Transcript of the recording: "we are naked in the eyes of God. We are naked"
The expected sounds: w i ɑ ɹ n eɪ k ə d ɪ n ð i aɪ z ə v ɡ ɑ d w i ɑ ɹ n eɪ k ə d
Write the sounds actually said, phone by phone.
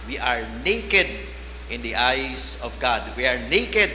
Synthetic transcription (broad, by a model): w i ɑ ɹ n eɪ k ə d ɪ n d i aɪ s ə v ɡ ɑ d w i ɑ ɹ n eɪ k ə d